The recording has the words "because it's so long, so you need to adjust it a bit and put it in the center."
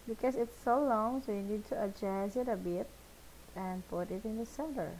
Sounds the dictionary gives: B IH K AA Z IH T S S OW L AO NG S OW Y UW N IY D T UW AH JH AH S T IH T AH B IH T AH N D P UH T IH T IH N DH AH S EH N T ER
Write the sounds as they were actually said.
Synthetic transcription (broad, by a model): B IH K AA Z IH T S S OW L AO NG S OW Y UW N IY D T UW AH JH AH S IH T AH B IH T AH N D P UH T IH T IH N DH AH S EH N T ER